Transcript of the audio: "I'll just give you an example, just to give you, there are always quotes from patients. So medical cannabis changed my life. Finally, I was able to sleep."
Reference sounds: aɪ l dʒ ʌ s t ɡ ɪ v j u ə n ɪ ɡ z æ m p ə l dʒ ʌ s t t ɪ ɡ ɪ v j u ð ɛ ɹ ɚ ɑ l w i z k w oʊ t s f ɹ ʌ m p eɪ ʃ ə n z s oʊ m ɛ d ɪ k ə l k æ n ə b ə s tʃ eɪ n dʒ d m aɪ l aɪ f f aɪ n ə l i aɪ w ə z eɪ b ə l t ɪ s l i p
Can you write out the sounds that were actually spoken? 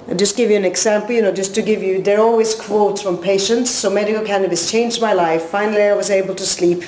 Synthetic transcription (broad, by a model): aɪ dʒ ʌ s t ɡ ɪ v j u ə n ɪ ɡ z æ m p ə n dʒ ʌ s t t ɪ ɡ ɪ v j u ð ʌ ɹ ɑ l w i z k w oʊ t s f ɹ ʌ m p eɪ ʃ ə n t s oʊ m ɛ d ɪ k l k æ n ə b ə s tʃ eɪ n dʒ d m aɪ l aɪ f f aɪ n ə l i aɪ w ə z eɪ b ə l t ɪ s l i p